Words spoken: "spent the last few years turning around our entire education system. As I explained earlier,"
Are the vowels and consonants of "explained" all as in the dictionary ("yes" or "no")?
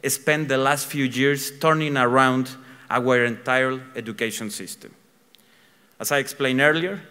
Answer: no